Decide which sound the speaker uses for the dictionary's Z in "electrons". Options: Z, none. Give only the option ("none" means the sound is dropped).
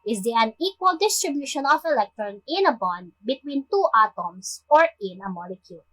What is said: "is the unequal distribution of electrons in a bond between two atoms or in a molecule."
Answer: none